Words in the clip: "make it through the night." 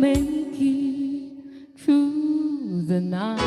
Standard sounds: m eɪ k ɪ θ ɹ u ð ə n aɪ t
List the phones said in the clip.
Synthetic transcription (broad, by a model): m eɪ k ɪ t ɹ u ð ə n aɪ